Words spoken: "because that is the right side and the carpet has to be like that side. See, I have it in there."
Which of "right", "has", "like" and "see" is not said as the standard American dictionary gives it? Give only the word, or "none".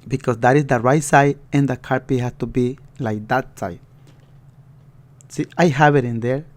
has